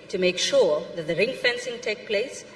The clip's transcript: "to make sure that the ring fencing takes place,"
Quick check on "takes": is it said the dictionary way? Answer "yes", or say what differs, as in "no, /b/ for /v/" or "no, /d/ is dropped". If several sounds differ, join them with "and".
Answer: no, /s/ is dropped